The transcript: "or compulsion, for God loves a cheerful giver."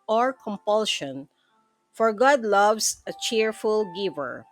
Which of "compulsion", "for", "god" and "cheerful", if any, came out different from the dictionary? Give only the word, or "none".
none